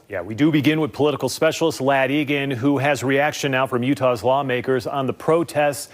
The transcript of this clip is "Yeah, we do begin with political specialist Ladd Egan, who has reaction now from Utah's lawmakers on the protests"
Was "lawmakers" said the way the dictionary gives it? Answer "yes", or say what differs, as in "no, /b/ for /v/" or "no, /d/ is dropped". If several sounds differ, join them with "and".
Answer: yes